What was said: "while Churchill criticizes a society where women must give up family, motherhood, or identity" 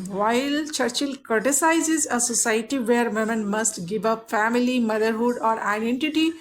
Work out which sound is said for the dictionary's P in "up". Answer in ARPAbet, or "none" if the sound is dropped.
P